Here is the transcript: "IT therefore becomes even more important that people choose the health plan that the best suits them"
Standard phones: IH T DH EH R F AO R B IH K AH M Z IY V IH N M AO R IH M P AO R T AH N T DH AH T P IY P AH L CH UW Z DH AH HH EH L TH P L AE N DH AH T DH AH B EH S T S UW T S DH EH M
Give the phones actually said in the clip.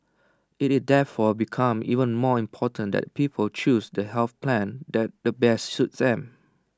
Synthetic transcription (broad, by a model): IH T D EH F AO B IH K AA M IY V IH N M AO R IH M P AO T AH N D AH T P IY P AH L CH UW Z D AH HH EH L TH P L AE N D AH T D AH B EH S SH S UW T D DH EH M